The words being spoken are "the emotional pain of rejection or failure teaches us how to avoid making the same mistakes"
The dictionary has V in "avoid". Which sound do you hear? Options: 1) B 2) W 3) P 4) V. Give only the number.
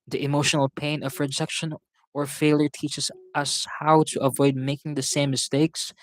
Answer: 4